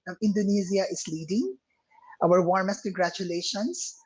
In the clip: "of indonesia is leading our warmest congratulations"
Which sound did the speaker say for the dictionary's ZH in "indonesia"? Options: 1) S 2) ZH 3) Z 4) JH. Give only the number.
3